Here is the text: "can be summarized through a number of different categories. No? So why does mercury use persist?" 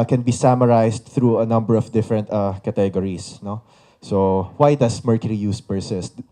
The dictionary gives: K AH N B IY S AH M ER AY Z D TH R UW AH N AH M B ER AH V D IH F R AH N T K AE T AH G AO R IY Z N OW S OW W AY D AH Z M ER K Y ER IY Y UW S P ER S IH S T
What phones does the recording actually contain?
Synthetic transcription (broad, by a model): K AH N B IY S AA M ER AY S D TH R UW AH N AH M B ER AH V D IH F R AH N T K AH T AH G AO R IY S N OW S OW W AY D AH S M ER K Y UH IY Y UW S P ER S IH S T